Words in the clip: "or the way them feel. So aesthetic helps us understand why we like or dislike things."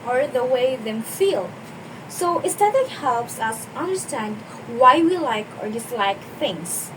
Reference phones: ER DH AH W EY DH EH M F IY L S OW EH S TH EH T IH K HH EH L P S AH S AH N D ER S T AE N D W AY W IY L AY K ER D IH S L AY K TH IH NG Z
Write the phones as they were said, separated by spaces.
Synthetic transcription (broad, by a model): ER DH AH W EY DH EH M F IY L S OW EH S T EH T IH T HH EH L P S AH S AH N D ER S T AE N D W AY W IY L AY K ER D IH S L AY K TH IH NG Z